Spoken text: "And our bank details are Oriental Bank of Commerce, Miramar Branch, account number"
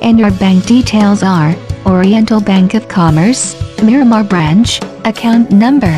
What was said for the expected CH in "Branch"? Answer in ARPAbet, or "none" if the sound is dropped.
CH